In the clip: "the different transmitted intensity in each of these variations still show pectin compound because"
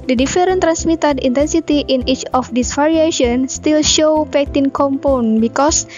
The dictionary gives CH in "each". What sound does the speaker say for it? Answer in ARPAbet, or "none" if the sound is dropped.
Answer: CH